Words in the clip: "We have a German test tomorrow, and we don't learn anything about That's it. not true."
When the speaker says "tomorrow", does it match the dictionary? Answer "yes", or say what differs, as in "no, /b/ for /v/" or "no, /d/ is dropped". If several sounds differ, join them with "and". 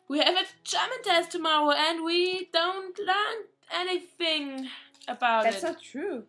yes